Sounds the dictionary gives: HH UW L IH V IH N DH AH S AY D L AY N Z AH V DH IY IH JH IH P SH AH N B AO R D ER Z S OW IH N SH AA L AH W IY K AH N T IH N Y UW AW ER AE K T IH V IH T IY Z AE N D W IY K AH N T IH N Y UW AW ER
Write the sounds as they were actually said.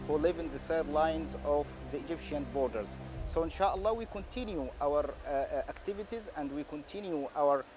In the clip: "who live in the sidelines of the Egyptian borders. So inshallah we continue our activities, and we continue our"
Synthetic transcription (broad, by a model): HH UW L IH V IH N DH AH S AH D L AY N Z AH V DH IY IH JH IH P SH AH N B AO R D ER Z S OW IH N SH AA L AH W IY K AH N T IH N Y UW AW ER AE K T IH V IH T IY Z AE N D W IY K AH N T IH N Y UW AW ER